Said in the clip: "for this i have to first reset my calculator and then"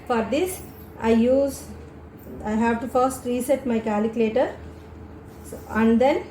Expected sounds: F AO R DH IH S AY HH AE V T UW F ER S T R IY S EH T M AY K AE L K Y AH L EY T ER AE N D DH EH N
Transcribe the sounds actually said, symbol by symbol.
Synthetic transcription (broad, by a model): F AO R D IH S AY HH AE V T UW F ER S T R IY S EH T M AY K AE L K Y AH L EY T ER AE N D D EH N